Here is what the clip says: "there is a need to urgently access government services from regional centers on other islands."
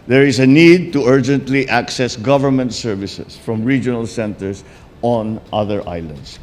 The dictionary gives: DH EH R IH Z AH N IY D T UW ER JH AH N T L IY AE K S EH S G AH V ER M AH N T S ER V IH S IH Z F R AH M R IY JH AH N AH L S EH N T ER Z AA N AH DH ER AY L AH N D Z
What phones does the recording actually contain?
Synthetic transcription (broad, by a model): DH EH R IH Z AH N IY D T UW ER JH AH N T L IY AE K S EH S G AH V ER M AH N T S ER V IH S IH S F R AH M R IY JH AH N AH L S EH N T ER S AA N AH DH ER AY L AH N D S